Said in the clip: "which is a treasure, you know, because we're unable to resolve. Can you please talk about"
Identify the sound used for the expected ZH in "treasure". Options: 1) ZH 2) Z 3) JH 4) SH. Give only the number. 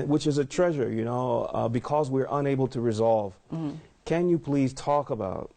1